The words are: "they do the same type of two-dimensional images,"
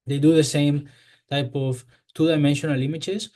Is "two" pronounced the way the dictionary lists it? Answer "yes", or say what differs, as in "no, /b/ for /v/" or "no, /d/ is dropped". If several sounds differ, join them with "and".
yes